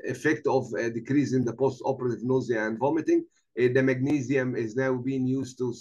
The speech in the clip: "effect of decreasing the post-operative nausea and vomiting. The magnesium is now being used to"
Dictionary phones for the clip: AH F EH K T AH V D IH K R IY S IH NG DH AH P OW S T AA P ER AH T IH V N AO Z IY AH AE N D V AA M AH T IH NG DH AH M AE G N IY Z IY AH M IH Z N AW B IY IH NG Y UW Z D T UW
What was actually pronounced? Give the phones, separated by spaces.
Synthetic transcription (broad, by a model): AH F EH K T AH V D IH K R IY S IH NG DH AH P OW S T AA P ER AH T IH V N AO Z IY AH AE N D V AA M AH T IH NG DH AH M AE G N IY Z IY AH M IH Z N AW B IY IH NG Y UW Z T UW